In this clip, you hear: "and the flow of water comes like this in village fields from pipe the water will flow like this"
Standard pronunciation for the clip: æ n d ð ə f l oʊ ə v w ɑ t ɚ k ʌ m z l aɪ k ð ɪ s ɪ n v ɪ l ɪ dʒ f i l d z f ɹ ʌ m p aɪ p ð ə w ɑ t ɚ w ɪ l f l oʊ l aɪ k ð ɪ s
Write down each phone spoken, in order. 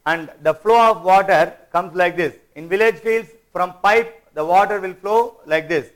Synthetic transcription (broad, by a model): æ n d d ə f l oʊ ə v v ɑ t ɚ k ʌ m s l aɪ k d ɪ s ɪ n v ɪ l ɪ dʒ f i l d s f ɹ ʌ m p aɪ p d ə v ɑ t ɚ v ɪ l f l oʊ l aɪ k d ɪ s